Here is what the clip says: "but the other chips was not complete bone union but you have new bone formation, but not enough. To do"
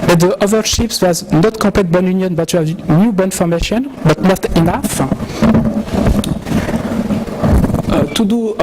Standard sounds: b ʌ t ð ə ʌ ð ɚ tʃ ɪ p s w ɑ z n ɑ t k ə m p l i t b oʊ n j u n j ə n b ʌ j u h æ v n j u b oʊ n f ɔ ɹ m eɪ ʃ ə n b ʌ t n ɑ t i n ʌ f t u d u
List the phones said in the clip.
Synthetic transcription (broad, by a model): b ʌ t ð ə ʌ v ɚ ʃ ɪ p s w ɑ z n ɑ t k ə p l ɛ t b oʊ n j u n j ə n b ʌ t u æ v n j u b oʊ n f ɔ ɹ m eɪ ʃ ə n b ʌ t n ɑ t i n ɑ f t u d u